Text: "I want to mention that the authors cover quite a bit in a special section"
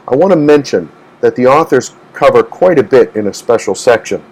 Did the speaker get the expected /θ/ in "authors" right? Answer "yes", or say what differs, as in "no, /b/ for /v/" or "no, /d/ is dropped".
yes